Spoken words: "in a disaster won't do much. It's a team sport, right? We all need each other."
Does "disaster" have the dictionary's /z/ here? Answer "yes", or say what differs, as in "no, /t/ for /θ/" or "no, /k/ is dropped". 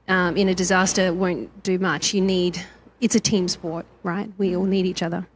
yes